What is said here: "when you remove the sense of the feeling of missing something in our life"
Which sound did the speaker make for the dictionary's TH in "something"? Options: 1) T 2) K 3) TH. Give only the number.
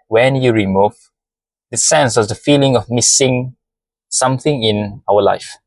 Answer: 3